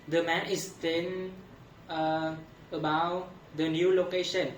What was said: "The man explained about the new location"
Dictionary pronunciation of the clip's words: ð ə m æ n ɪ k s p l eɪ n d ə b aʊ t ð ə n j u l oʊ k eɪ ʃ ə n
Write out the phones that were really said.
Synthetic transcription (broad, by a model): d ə m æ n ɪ s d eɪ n ə b aʊ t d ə n j u l oʊ k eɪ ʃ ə n